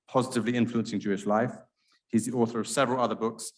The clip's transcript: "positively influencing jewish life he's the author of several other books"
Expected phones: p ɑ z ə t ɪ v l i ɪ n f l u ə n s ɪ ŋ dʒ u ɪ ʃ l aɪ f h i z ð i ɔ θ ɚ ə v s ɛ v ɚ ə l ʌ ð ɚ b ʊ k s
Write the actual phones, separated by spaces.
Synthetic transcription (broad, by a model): p ɑ z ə t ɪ v l i ɪ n f l u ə n s ɪ ŋ dʒ u ɪ ʃ l aɪ f h i z ð i ɔ θ ɚ ə v s ɛ v ɚ ə l ʌ ð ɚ b ʊ k s